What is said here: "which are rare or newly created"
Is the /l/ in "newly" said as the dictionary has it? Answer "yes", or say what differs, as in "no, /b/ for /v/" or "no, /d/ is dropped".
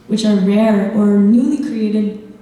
yes